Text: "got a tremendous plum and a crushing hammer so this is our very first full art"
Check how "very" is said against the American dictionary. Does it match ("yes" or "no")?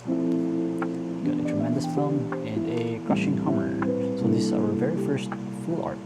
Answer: yes